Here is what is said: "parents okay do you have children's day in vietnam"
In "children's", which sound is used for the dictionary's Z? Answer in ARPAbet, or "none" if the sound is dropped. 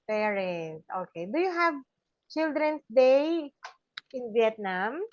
S